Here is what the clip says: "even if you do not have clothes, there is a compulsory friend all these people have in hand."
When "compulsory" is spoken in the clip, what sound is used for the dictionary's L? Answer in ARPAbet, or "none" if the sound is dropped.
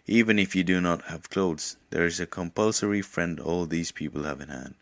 L